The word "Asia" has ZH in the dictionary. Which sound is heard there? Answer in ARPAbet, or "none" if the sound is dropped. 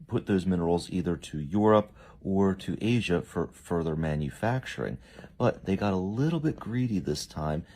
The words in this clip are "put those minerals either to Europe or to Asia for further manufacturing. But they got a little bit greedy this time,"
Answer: ZH